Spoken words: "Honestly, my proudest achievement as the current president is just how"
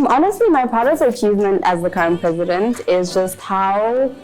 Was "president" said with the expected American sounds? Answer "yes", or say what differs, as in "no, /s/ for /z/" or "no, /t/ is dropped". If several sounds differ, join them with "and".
yes